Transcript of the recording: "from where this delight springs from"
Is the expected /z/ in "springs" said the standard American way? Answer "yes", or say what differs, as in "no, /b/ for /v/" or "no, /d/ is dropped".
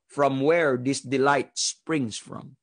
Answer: no, /s/ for /z/